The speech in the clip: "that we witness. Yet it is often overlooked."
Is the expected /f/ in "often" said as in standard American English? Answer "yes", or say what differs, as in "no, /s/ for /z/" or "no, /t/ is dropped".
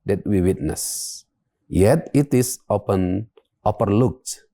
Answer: no, /p/ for /f/